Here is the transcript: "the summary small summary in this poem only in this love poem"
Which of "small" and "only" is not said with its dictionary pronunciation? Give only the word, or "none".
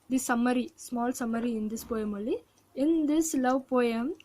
only